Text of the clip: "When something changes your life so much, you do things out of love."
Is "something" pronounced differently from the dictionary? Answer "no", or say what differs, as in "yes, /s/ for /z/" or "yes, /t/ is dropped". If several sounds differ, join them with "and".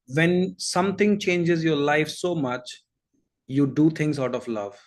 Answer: yes, /t/ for /θ/